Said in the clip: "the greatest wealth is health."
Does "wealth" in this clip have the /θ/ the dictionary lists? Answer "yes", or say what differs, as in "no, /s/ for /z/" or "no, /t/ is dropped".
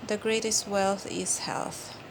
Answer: yes